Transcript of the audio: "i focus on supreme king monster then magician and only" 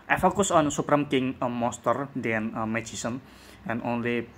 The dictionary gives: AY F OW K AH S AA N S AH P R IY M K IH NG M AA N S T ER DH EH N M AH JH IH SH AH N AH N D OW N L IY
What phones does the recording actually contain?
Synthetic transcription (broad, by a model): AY F OW K AH S AA N S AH P R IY M K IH NG M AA S T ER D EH N M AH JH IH S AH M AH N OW N L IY